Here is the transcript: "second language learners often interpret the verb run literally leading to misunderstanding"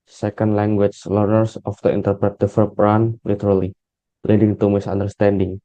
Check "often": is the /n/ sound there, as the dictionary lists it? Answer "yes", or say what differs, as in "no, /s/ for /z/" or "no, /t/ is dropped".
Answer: no, /n/ is dropped